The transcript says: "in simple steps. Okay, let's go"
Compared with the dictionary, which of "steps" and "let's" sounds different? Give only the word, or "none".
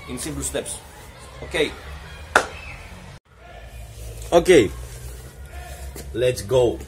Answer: none